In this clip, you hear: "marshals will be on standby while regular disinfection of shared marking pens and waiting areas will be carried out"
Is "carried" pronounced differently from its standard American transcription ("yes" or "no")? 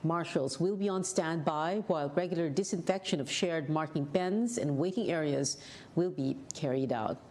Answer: no